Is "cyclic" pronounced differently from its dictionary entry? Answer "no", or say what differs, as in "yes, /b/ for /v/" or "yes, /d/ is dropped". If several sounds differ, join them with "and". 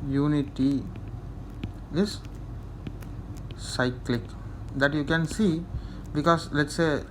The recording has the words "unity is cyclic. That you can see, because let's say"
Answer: no